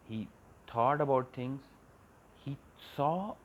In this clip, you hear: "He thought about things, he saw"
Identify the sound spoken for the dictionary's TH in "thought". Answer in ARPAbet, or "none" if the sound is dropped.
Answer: T